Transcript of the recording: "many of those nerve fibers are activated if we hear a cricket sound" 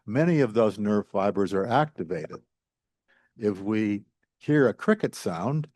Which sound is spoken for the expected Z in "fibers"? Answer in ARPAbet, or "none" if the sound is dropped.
Z